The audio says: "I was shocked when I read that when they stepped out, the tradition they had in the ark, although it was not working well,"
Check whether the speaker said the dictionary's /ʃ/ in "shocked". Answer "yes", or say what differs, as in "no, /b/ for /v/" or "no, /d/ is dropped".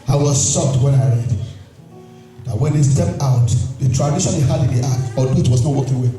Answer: no, /s/ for /ʃ/